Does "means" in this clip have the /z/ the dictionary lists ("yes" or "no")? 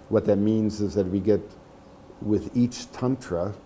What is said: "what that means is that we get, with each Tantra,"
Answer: yes